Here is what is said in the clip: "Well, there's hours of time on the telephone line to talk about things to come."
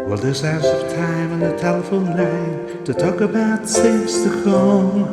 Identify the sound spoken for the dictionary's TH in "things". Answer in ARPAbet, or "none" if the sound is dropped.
S